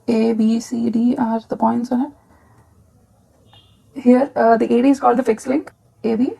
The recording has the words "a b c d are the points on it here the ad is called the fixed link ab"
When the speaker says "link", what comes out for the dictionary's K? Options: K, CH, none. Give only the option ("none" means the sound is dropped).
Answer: K